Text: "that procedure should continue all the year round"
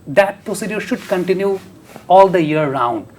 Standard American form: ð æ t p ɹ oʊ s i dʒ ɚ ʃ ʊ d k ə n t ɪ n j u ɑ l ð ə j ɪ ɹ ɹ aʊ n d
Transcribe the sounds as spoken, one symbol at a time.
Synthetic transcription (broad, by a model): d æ t p ɹ oʊ s i dʒ ɚ ʃ ʊ d k ə n t ɪ n j u ɑ l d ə j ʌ ɹ ɹ aʊ n d